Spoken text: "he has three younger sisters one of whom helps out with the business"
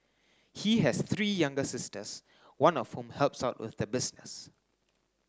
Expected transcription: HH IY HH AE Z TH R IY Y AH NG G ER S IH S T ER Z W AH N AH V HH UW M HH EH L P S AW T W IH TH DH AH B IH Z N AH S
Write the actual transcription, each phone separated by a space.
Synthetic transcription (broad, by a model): HH IY HH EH S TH R IY Y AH NG G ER S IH S T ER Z W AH N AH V HH UW M HH EH L P S AW T W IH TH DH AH B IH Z N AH S